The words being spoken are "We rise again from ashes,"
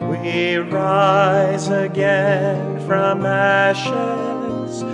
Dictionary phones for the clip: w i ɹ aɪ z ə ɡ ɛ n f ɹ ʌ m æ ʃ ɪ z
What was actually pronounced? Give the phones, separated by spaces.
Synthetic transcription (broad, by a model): w i ɹ aɪ z ə ɡ ɛ n f ɹ ʌ m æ ʃ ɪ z